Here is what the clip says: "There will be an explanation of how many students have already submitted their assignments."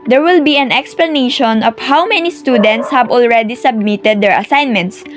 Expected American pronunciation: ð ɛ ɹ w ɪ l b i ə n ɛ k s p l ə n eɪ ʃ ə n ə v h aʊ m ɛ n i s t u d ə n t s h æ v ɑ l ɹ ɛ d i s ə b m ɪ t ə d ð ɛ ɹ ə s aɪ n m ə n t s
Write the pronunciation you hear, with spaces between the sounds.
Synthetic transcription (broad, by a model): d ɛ ɹ w ɪ l b i ə n ɛ k s p l ə n eɪ ʃ ə n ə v h aʊ m ɛ n i s t u d ə n t s h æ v ɑ l ɹ ɛ d i s ə b m ɪ t ə d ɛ ɹ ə s aɪ n m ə n t s